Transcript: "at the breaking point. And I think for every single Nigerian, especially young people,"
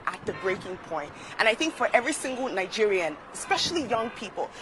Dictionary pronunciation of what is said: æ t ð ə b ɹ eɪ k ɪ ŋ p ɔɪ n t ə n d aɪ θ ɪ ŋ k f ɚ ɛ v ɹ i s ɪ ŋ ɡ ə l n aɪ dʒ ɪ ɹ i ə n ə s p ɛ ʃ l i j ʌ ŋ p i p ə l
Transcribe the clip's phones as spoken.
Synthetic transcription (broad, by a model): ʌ t ð ə b ɹ eɪ k ɪ ŋ p ɔɪ n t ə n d aɪ θ ɪ ŋ k f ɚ ɛ v ɹ i s ɪ ŋ ɡ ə l n aɪ dʒ ɪ ɹ i ə n ə s p ɛ ʃ l i j ʌ ŋ p i p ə l